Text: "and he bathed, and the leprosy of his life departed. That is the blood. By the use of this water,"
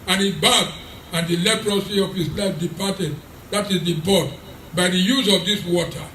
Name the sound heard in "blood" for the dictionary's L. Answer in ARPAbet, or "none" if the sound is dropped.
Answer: none